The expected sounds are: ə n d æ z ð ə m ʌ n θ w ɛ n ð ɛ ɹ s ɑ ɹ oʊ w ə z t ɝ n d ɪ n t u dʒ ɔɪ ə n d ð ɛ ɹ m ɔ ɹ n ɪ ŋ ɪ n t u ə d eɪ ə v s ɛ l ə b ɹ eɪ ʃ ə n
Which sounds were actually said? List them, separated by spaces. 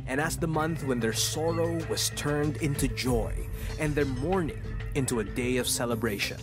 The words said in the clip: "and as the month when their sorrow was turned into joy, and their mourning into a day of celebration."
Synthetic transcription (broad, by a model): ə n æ s ð ə m ʌ n θ w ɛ n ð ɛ ɹ s ɑ ɹ oʊ w ə z t ɝ n d ɪ n t u dʒ ɔɪ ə n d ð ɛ ɹ m ɔ ɹ n ɪ ŋ ɪ n t u ə d eɪ ə v s ɛ l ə b ɹ eɪ ʃ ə n